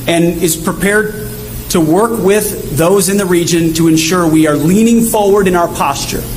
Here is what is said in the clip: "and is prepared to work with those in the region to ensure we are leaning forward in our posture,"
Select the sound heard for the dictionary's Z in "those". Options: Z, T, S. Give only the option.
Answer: Z